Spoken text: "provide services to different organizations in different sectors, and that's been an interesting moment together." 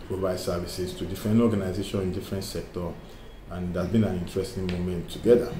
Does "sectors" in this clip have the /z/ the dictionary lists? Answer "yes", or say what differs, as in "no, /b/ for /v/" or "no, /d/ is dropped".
no, /z/ is dropped